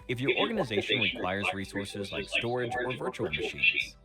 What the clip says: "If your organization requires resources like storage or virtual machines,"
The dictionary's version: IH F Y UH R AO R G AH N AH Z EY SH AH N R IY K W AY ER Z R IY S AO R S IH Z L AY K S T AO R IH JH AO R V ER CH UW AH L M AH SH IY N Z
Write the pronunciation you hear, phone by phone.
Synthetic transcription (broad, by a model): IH F Y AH R AO R G AH N AH Z EY SH AH N W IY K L AY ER Z R IY S AO R S IH Z L AY K S T AO R IH JH AO R V ER CH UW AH L M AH SH IY N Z